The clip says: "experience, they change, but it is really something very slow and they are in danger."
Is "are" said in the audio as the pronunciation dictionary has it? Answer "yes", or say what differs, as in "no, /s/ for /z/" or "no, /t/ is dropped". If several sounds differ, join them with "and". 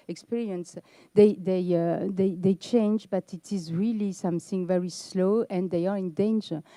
yes